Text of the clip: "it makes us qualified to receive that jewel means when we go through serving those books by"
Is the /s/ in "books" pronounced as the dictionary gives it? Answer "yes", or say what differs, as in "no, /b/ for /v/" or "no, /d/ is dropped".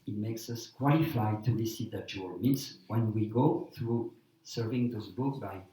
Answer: no, /s/ is dropped